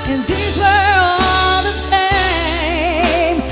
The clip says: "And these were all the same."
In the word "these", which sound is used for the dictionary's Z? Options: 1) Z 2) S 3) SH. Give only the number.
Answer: 1